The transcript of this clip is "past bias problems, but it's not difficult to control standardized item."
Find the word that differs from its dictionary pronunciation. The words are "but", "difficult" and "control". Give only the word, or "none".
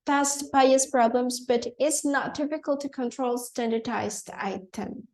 difficult